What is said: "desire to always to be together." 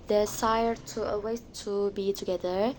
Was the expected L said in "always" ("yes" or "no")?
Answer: no